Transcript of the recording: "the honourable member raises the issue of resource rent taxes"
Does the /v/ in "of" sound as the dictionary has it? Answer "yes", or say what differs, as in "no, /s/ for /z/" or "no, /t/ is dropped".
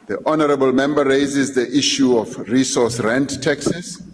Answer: no, /f/ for /v/